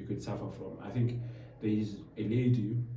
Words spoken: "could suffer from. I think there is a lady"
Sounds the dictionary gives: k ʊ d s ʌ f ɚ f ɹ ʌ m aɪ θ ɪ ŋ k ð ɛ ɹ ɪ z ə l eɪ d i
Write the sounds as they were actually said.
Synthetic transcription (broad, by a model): k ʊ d s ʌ f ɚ f ɹ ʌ m aɪ θ ɪ ŋ k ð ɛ ɪ z ə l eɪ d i